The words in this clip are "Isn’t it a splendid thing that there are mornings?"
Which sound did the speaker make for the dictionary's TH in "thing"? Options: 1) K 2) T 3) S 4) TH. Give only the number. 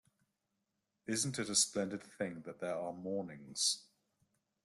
4